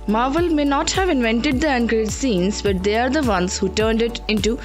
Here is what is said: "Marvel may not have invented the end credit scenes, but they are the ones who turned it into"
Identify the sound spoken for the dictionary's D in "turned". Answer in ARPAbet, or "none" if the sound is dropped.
D